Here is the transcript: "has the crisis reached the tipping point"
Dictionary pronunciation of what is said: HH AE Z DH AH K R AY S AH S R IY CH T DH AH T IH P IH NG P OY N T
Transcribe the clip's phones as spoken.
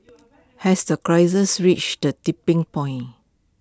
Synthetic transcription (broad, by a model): HH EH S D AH K R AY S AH S R IY CH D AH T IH P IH NG P OY N